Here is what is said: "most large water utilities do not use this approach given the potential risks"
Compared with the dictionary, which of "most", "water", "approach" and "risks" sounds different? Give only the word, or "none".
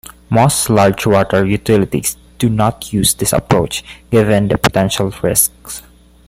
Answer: none